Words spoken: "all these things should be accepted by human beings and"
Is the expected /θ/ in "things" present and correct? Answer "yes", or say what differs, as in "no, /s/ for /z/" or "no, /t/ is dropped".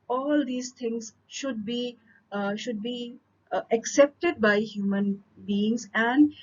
no, /t/ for /θ/